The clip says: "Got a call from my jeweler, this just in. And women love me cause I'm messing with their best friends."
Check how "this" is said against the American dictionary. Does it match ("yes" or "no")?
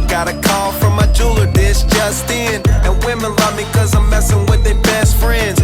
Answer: no